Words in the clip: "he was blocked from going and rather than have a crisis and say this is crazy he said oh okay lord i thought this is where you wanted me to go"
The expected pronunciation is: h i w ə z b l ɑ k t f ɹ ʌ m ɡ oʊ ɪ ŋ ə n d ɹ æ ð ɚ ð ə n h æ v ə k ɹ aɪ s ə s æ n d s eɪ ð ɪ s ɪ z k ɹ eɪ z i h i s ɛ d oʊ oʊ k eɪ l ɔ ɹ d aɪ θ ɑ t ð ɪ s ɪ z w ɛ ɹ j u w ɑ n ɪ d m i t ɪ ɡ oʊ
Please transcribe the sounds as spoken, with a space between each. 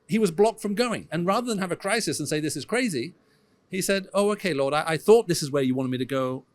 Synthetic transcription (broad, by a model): h i w ə z b l ɑ k t f ɹ ʌ m ɡ oʊ ɪ ŋ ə n ɹ æ ð ɚ ð ə n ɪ v ə k ɹ aɪ s ə s n s eɪ ð ɪ s ɪ z k ɹ eɪ z i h i s ɛ d oʊ oʊ k eɪ l ɔ ɹ d aɪ θ ɑ t ð ɪ s ɪ z w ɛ ɹ j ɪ w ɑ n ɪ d m i t ɪ ɡ oʊ